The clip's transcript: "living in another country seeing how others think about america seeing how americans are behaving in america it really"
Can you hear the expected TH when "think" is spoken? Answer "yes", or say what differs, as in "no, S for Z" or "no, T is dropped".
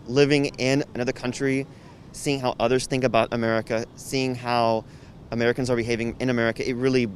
yes